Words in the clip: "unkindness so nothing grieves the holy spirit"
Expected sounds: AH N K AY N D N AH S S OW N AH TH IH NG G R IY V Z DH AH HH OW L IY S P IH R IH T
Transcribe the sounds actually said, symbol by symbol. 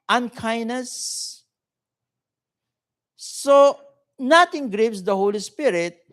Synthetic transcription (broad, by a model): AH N K AY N N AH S S OW N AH T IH NG G R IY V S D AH HH OW L IY S P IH R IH T